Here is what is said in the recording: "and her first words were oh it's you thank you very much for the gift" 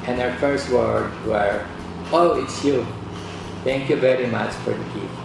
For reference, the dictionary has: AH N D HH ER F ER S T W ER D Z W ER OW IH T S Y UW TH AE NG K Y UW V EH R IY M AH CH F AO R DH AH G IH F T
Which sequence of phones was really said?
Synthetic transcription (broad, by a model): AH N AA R F ER S T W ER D W ER OW IH T S Y UW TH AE NG K Y UW V EH R IY M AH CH F AO R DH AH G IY